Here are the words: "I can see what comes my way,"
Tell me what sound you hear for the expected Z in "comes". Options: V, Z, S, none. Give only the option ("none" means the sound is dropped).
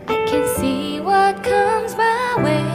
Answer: Z